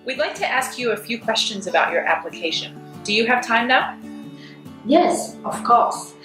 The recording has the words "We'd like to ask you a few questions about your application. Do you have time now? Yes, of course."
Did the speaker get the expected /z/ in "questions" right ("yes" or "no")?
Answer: yes